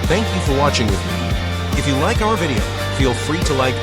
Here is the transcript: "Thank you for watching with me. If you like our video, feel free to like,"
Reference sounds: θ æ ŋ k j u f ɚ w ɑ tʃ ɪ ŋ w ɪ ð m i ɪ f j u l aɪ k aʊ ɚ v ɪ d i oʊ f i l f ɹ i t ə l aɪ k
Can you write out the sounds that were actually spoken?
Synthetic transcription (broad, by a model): θ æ ŋ k j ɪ f ɚ w ɑ tʃ ɪ ŋ w ɪ ð m i ɪ f j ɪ l aɪ k aʊ ɚ v ɪ d i oʊ f i l f ɹ i t ə l aɪ k